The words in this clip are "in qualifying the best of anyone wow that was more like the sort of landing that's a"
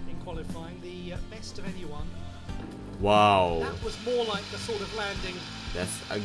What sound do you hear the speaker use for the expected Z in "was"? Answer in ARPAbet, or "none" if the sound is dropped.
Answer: Z